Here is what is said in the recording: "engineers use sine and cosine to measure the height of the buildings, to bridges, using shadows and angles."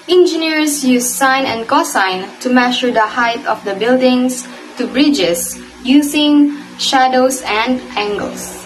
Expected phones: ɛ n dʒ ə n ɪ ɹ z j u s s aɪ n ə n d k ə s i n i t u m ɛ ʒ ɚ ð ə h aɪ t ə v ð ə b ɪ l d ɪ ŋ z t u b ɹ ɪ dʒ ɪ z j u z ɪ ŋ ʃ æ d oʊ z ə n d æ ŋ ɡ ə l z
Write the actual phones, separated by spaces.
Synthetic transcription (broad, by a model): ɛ n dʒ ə n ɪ ɹ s j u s s aɪ n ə n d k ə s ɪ n t u m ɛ ʃ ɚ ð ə h aɪ t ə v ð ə b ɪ l d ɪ ŋ s t u b ɹ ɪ dʒ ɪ s j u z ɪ ŋ ʃ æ d oʊ s ə n d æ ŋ ɡ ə l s